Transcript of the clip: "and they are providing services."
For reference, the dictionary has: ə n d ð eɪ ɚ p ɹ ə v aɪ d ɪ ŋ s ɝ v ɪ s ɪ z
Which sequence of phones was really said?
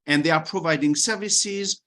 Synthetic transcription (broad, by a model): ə n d ð eɪ ɚ p ɹ ə v aɪ d ɪ ŋ s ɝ v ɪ s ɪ z